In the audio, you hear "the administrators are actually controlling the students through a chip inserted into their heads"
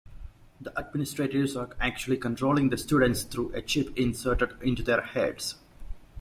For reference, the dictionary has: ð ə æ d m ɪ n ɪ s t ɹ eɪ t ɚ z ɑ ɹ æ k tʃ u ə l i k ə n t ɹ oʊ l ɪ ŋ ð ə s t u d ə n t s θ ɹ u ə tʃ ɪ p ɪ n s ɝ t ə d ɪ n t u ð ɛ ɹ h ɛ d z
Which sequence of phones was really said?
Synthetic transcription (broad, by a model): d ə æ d m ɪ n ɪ s t ɹ eɪ t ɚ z ɑ ɹ æ k tʃ u ə l i k ə n t ɹ oʊ l ɪ ŋ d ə s t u d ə n t s t ɹ u ə tʃ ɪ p ɪ n s ɝ t ə d ɪ n t u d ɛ ɹ h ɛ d s